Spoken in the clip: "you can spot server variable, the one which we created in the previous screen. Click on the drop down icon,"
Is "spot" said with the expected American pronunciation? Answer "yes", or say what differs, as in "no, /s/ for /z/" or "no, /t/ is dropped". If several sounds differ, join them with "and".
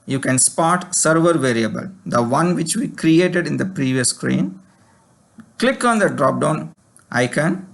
yes